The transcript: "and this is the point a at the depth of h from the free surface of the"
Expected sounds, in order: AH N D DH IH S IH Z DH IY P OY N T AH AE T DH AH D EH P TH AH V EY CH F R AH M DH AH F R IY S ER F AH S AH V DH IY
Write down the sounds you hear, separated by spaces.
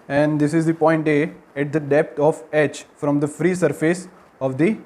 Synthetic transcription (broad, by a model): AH N D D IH S IH Z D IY P OY N T AH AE T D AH D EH P T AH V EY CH F R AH M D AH F R IY S ER F AH S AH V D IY